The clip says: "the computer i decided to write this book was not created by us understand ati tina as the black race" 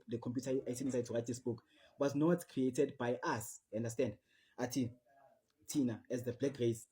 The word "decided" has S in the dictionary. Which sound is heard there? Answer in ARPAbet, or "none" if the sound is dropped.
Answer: none